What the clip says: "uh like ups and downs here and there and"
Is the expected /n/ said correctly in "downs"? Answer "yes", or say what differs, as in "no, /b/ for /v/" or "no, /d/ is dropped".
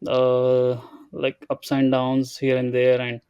yes